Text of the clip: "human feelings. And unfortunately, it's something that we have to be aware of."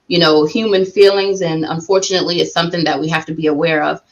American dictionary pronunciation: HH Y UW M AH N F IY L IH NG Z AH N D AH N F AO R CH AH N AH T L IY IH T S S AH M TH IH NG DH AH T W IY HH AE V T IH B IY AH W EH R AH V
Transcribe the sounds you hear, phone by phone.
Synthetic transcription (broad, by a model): HH Y UW M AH N F IY L IH NG Z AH N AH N F AO R CH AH N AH T L IY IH T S S AH M TH IH NG DH AH T W IY HH AE F T IH B IY AH W EH R AH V